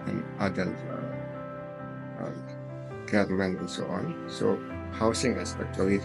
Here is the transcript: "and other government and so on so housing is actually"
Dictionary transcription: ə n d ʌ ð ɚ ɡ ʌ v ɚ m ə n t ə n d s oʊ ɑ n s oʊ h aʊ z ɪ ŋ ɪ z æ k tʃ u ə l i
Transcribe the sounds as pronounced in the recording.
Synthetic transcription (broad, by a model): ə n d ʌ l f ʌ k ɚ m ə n ə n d s oʊ ɑ n s oʊ h aʊ s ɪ ŋ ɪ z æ k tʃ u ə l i